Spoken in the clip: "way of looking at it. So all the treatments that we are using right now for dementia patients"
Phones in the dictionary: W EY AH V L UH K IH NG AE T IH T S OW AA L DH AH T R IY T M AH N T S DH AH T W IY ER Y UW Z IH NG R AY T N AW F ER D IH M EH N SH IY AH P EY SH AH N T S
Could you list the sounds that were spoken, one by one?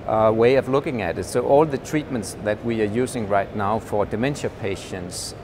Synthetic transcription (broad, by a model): W EY AH V L UH K IH NG AE T IH T S OW AA L DH AH T R IY T M AH N T S DH AH T W IY ER Y UW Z IH NG R AY T N AW F ER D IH M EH N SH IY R P EY SH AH N T S